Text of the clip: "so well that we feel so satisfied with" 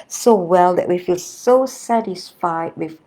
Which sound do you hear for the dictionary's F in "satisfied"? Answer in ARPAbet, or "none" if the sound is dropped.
F